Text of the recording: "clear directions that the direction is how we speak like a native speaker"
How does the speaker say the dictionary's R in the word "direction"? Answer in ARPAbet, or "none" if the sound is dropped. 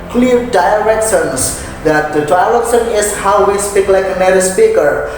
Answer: L